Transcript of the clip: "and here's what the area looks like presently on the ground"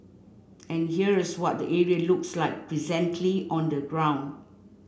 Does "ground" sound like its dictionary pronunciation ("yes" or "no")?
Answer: yes